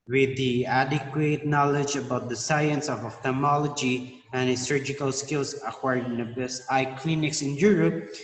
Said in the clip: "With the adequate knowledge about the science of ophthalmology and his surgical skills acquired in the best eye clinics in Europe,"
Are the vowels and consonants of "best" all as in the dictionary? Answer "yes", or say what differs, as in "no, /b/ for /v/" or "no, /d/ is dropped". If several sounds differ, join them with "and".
no, /t/ is dropped